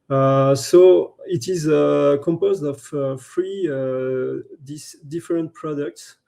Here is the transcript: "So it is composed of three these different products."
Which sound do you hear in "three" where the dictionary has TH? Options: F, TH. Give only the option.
F